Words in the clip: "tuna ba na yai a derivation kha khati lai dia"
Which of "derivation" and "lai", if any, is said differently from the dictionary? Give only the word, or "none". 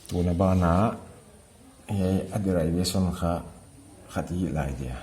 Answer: derivation